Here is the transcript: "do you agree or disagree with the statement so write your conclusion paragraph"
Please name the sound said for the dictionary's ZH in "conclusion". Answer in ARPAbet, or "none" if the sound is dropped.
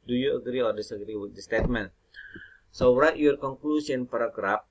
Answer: S